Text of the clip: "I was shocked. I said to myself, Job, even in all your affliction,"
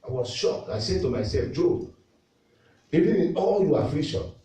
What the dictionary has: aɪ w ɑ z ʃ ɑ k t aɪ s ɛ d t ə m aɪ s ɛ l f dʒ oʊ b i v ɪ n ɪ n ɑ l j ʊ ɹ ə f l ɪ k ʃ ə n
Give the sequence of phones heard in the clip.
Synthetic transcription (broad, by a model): aɪ w ɑ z ʃ ɑ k aɪ s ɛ t ə m aɪ s ɛ l f dʒ oʊ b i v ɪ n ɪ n ɑ l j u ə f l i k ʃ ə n